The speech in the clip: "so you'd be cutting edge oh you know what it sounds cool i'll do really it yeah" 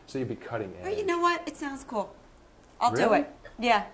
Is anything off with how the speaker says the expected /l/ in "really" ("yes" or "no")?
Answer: yes